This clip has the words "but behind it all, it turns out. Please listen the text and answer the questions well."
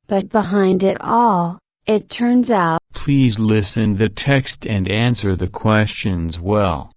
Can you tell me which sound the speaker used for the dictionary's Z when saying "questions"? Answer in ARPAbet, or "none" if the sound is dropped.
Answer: Z